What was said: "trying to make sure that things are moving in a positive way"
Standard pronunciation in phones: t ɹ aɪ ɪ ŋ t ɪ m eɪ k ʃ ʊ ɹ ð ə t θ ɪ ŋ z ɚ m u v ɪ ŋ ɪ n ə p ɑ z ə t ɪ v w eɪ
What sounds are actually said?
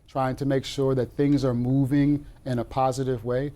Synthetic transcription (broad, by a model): t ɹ aɪ ɪ ŋ t ɪ m eɪ k ʃ ʊ ɹ ð ə t θ ɪ ŋ z ɚ m u v ɪ ŋ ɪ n ə p ɑ z ə t ɪ v w eɪ